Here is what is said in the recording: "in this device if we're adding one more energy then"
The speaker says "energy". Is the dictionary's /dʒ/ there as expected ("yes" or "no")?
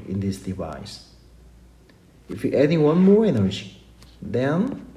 no